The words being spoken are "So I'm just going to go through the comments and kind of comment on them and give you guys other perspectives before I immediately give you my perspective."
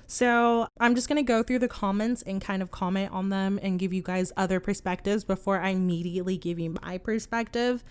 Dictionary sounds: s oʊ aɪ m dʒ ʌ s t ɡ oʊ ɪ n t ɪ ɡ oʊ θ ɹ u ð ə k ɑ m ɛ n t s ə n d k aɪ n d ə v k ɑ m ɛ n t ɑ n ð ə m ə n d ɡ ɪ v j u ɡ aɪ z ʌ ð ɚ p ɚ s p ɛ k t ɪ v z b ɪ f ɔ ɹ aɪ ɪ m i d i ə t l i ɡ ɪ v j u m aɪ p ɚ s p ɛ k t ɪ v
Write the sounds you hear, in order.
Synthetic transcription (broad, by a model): s oʊ aɪ m dʒ ʌ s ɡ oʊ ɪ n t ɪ ɡ oʊ θ ɹ u ð ə k ɑ m ɛ n t s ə n k aɪ n d ə v k ɑ m ɛ n t n ð ə m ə n ɡ ɪ v j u ɡ aɪ z ʌ ð ɚ p ɚ s p ɛ k t ɪ v z b ɪ f ɔ ɹ aɪ ɪ m i d i ə t l i ɡ ɪ v j u m aɪ p ɚ s p ɛ k t ɪ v